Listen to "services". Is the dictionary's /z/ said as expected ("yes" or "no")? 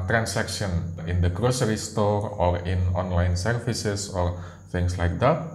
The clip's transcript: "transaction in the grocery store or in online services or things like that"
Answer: no